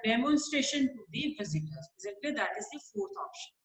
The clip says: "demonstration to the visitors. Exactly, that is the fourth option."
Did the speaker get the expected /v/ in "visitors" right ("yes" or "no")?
no